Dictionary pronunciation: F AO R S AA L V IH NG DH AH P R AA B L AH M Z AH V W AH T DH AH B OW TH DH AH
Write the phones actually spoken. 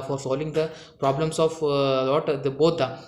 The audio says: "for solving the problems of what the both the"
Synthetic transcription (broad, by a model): F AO R S AA L V IH NG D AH P R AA B L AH M S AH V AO T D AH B OW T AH